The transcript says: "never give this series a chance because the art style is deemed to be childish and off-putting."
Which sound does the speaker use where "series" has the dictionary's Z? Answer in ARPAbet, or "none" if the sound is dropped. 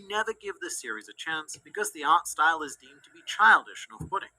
Z